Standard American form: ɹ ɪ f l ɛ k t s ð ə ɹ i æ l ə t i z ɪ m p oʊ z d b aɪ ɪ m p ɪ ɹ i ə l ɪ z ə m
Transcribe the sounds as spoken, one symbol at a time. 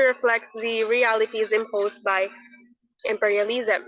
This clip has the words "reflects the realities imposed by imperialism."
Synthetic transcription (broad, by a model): ɹ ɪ f l ɛ k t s ð ə ɹ i æ l ə t i z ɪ m p oʊ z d b aɪ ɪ m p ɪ ɹ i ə l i z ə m